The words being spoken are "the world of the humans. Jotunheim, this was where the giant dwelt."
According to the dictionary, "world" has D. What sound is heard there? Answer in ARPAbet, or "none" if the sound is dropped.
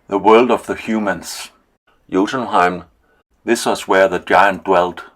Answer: D